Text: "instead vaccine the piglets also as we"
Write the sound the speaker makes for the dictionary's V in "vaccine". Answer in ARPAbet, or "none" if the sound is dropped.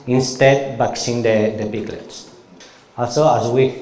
B